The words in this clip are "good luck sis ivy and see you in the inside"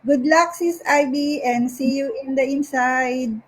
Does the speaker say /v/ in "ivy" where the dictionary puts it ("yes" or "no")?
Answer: no